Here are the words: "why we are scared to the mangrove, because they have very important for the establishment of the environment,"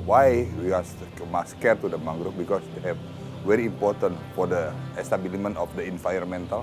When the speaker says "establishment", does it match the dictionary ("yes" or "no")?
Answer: no